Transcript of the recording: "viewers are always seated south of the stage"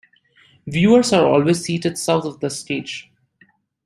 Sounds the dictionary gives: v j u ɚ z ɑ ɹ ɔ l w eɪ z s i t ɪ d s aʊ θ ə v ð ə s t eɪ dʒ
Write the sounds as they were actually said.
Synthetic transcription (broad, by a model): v j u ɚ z ɑ ɹ ɔ l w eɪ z s i t ɪ d s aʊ t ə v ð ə s t eɪ dʒ